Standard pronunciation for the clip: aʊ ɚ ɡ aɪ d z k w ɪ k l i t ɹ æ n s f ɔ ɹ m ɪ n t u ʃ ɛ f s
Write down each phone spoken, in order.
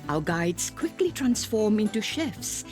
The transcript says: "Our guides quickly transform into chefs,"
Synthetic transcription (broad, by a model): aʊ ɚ ɡ aɪ d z k w ɪ k l i t ɹ æ n s f ɔ ɹ m ɪ n t u ʃ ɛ f s